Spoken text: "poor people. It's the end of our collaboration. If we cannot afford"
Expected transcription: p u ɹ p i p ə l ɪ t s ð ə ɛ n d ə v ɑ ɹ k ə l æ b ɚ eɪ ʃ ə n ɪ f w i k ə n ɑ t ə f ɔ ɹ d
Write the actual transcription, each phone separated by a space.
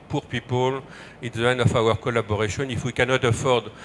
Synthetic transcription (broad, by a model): p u ɹ p i p ə l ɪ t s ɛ n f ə w ɑ ɹ k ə l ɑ b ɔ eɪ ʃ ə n ɪ f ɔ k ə n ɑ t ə f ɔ ɹ d